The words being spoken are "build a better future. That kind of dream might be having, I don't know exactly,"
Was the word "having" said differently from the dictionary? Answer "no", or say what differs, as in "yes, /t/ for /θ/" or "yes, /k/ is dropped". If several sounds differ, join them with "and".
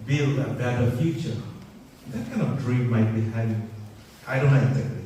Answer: yes, /v/ is dropped